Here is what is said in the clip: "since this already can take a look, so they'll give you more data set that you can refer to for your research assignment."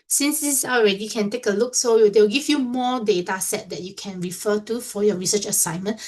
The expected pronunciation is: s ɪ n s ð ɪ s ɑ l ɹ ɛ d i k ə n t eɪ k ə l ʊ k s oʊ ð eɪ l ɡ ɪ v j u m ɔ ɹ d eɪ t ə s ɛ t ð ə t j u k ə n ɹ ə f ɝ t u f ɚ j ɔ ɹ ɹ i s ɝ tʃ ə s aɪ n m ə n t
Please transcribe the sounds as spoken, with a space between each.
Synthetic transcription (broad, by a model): s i n s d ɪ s ɑ l ɹ ɛ d i k ə n t eɪ k ə l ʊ k s oʊ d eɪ w ɡ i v j u m ɔ d eɪ t ə s ɛ t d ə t j u k ə n ɹ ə f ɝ t u f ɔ j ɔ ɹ ɹ i s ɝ tʃ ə s aɪ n m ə n